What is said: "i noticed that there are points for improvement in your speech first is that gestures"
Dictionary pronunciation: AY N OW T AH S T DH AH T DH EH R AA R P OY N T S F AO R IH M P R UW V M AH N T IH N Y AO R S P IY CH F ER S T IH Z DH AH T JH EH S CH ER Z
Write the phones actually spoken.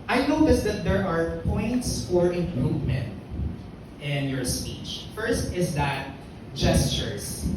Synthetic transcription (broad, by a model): AY N OW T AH S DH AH T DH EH R AA R P OY N T S F AO R IH M P R UW V M AH N T IH N Y AO R S P IY CH F ER S T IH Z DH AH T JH EH S CH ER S